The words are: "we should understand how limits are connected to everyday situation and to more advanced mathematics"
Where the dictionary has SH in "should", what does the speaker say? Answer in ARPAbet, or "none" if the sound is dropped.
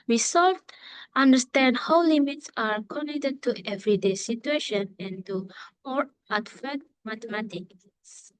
S